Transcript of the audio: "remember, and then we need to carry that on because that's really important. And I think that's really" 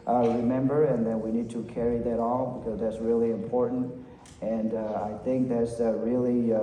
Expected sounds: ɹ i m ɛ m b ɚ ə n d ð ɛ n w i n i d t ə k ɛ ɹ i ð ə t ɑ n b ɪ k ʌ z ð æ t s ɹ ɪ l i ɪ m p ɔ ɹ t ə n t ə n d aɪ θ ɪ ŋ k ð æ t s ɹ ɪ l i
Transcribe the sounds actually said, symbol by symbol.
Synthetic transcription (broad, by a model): ɹ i m ɛ m b ɚ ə n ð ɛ n w i n i d t ə k ɛ ɹ i ð ə t ɑ l b ɪ k ʌ z ð æ t s ɹ ɪ l i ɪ m p ɔ ɹ t n t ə n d aɪ θ ɪ ŋ k ð æ t s ɹ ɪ l i